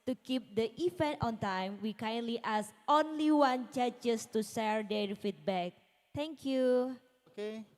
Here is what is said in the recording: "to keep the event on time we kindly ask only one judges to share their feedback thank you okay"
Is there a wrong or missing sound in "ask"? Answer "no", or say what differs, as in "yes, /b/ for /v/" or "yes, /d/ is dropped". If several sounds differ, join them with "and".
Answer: yes, /k/ is dropped